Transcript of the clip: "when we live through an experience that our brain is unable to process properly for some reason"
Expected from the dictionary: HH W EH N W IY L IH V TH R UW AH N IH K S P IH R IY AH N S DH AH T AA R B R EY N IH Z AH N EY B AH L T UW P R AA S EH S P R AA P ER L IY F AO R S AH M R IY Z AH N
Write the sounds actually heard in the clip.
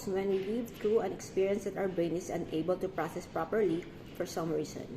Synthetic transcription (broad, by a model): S W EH N W IY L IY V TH R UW AH N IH K S P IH R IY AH N S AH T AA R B EY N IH S AH N EY B AH L T UW P R AA S EH S P R AA P ER L IY F AO R S AH M R IY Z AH N